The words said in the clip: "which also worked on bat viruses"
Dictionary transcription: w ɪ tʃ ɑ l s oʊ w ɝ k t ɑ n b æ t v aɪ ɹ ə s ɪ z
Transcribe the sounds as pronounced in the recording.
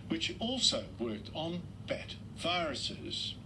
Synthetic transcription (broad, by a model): w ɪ tʃ ɑ l s oʊ w ɝ k t n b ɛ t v aɪ ɹ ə s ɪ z